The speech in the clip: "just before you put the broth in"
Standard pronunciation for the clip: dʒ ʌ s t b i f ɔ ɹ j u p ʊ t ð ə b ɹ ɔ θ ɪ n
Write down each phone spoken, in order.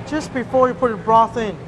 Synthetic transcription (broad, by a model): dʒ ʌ s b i f ɔ ɹ j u p ʊ t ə b ɹ ɔ θ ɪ n